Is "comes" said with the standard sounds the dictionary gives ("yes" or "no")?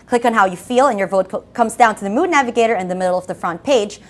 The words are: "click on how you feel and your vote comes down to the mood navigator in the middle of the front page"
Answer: yes